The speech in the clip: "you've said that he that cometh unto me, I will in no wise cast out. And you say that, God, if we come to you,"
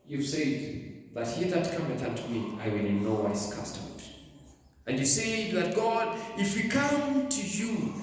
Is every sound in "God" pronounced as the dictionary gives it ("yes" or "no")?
yes